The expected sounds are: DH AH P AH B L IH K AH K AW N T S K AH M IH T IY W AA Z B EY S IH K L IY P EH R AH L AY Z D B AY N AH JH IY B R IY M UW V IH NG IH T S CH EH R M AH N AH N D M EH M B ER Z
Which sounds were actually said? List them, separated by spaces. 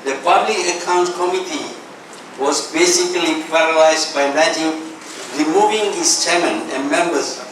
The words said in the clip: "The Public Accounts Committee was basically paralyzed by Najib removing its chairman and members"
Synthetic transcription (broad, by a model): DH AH P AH B L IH K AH K AW N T K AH M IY T IY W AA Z B EY S IH K L IY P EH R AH L AY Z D B AY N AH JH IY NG R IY M UW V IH NG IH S CH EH M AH N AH N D M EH M B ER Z